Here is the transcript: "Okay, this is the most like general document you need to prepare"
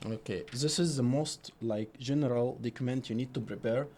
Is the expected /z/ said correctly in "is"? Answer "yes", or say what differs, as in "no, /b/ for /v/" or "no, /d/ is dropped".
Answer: yes